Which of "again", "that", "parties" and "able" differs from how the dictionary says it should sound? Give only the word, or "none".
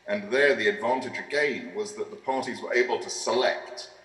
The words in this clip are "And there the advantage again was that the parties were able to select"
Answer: none